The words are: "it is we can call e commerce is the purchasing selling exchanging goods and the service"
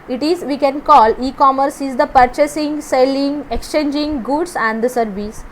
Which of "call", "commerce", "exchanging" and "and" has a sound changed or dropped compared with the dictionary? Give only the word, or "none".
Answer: none